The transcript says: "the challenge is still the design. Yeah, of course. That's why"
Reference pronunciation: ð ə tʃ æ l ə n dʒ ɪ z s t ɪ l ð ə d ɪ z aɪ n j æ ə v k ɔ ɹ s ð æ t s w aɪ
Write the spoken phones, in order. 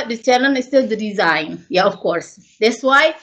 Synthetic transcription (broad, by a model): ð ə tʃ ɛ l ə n ɪ s t ɪ l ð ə d ɪ z aɪ n j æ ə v k ɔ ɹ s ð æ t s w aɪ